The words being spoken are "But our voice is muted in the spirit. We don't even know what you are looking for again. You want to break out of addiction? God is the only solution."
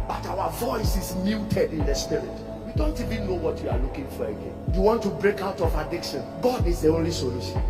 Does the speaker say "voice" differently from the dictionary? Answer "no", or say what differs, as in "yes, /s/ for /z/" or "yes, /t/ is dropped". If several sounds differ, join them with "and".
no